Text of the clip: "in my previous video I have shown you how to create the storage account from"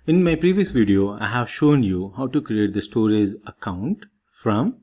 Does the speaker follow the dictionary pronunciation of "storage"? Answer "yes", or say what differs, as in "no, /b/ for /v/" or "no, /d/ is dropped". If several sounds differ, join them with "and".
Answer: no, /z/ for /dʒ/